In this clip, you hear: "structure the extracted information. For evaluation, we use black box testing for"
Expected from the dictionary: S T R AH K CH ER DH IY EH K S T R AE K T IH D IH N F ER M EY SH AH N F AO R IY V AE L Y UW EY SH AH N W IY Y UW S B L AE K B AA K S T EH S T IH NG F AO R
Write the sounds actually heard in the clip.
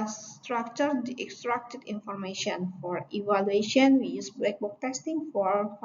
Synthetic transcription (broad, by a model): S T R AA K CH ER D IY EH K S T R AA K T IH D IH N F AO M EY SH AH N F AO R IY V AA L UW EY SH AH N W IY Y UW S B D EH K B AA K T EH S T IH NG F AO R